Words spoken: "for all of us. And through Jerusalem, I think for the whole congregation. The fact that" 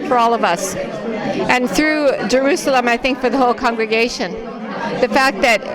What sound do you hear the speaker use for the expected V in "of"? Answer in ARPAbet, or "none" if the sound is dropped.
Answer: V